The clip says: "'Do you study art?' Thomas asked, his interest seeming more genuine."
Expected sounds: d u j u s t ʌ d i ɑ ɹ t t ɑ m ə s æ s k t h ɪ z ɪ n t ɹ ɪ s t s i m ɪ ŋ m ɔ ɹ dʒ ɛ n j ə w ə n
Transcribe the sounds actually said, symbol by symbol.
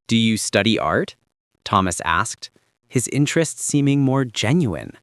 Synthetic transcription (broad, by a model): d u j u s t ʌ d i ɑ ɹ t t ɑ m ə s æ s k t h ɪ z ɪ n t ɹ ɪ s t s i m ɪ ŋ m ɔ ɹ dʒ ɛ n j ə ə n